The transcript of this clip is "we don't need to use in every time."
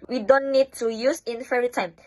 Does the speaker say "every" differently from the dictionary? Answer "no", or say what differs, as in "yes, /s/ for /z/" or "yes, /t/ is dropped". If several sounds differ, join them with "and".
yes, /v/ is dropped